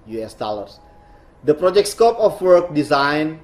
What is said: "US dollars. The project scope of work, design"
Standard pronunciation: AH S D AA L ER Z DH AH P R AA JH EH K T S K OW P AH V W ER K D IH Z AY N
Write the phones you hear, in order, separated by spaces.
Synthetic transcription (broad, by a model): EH S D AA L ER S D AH P R AA JH EH K T S K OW P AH F W ER K D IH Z AY N